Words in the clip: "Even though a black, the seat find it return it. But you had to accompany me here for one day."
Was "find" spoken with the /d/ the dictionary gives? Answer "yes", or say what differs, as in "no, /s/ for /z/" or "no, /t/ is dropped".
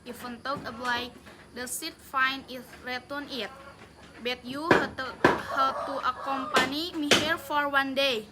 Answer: no, /d/ is dropped